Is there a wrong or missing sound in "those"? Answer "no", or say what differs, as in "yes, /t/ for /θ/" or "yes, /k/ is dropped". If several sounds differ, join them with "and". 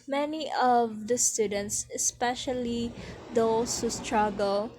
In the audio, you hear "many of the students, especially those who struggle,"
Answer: yes, /s/ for /z/